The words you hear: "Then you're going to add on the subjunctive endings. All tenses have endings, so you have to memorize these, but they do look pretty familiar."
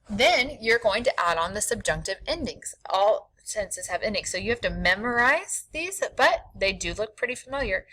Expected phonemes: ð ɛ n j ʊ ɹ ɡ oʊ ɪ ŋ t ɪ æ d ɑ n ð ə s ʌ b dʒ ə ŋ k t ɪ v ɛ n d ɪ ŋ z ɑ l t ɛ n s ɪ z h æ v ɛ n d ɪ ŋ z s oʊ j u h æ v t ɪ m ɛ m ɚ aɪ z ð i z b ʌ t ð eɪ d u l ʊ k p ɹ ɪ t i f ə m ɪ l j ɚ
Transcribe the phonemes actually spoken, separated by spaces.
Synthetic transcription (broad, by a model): ð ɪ n j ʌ ɹ ɡ oʊ ɪ ŋ t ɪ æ d n ð ə s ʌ b dʒ ə ŋ k t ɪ v ɛ n d ɪ ŋ z ɑ l s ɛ n s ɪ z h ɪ v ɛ n d ɪ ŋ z s oʊ j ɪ h æ f t ɪ m ɛ m ɚ aɪ z ð i z b ʌ t ð eɪ d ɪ l ʊ k p ɹ ɪ t i f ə m ɪ l j ɚ